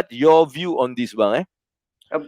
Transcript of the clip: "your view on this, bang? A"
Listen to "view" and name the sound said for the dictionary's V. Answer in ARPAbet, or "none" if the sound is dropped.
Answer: V